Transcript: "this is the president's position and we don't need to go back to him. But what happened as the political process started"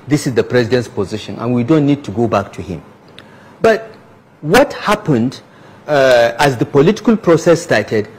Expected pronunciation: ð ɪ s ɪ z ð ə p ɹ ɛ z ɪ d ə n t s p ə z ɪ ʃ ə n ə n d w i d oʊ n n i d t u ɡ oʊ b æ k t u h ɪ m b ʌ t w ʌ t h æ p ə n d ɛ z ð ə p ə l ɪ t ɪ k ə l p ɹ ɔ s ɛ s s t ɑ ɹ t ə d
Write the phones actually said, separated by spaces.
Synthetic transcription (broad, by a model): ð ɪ s ɪ z ð ə p ɹ ɛ z ɪ d ə n t s p ə z ɪ ʃ ə n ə n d w i d oʊ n n i d t u ɡ oʊ b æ k t u h ɪ m b ʌ t w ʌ t h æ p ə n d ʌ z ð ə p ə l ɪ t ɪ k ə l p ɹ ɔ s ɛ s s t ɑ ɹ t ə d